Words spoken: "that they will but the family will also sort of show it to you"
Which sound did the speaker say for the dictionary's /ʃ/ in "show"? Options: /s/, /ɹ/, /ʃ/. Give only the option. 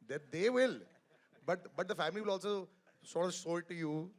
/s/